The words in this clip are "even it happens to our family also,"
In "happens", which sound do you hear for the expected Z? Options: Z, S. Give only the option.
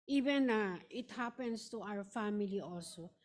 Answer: S